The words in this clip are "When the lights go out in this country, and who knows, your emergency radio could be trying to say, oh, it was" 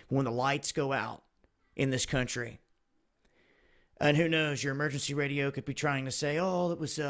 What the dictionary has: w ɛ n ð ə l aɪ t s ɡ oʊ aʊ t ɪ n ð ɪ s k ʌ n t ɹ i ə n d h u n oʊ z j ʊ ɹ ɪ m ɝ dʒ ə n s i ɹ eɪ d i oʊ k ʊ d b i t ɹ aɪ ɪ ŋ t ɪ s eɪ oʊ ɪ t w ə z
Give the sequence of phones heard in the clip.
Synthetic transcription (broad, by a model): w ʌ n ð ə l aɪ t s ɡ oʊ aʊ t ɪ n ð ɪ s k ʌ n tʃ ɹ i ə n h u n oʊ z j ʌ ɹ ɪ m ɝ dʒ ə n s i ɹ eɪ d i oʊ k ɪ d b i t ɹ aɪ ɪ ŋ t ɪ s eɪ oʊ ɪ t w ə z